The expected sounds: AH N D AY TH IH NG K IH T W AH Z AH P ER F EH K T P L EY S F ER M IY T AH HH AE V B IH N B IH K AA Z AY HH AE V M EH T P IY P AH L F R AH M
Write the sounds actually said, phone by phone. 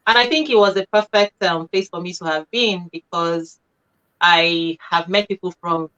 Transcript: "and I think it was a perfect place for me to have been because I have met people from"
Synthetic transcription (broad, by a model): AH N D AY TH IH NG K IH T W AH Z AH P ER F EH K T P L EY S F ER M IY T AH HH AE V B IH N B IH K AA Z AY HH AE V M EH T P IY P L F R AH M